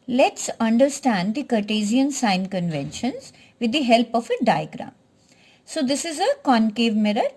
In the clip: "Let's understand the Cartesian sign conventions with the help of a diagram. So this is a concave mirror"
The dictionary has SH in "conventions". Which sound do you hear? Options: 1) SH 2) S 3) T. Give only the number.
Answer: 1